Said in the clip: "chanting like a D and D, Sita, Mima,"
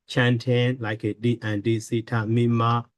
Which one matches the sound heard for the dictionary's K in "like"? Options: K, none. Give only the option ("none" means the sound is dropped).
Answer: K